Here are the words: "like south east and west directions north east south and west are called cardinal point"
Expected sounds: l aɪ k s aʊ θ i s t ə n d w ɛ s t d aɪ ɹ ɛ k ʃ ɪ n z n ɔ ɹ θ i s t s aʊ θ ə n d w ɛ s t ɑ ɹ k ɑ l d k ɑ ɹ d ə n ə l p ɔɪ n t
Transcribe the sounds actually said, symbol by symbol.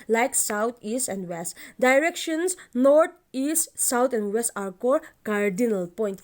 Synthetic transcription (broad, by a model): l aɪ k s aʊ t i s t ə n d w ɛ s t d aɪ ɹ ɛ k ʃ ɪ n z n ɔ ɹ t i s t s aʊ t ə n d w ɛ s t ɑ ɹ k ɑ d k ɑ ɹ d ə n ə l p ɔɪ n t